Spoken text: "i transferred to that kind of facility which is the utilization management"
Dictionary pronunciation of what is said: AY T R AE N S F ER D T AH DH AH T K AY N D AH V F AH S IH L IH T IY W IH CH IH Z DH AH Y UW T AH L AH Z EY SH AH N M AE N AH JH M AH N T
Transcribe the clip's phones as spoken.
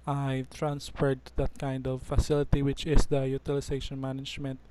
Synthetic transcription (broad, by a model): AY T R AE N S F ER D T AH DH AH T K AY N D AH V F AH S IH L IH T IY W IH CH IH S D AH Y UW T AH L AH S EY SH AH N M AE N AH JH M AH N T